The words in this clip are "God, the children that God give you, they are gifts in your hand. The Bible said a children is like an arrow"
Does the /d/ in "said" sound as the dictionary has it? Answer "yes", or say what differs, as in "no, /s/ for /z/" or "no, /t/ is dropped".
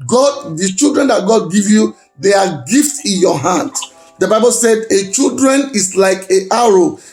yes